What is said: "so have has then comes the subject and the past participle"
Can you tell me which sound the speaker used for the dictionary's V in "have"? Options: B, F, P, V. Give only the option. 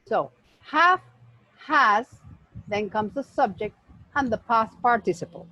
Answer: F